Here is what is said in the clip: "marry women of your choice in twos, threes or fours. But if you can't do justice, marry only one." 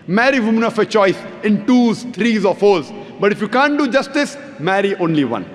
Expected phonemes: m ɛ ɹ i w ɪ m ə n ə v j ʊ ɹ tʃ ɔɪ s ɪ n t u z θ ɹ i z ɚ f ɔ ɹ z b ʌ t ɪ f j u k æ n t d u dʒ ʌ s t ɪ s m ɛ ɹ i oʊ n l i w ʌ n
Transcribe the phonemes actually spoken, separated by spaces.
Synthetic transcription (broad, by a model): m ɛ ɹ i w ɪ m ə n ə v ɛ tʃ ɔɪ s ɪ n t u z t ɹ i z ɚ f ɔ ɹ z b ʌ t ɪ f j u k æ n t d u dʒ ʌ s t ɪ s m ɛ ɹ i oʊ n l i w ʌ n